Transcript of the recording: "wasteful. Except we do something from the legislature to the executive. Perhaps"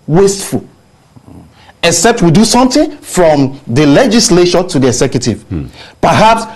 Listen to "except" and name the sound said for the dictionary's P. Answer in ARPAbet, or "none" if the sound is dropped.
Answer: P